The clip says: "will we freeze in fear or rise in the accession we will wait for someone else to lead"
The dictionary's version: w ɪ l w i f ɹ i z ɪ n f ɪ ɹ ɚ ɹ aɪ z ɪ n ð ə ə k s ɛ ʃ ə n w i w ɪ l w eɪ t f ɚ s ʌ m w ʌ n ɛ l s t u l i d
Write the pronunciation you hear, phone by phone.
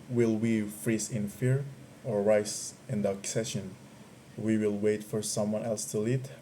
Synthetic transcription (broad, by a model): w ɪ l w i f ɹ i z ɪ n f ɪ ɹ ɚ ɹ aɪ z ɪ n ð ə ə k s ɛ ʃ ə n w i w ɪ l w eɪ t f ɚ s ʌ m w ʌ n ɛ l s t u l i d